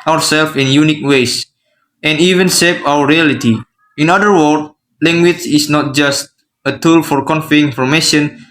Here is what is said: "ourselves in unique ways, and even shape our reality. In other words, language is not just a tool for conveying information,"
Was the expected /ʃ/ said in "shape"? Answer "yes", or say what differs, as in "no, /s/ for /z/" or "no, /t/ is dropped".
no, /s/ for /ʃ/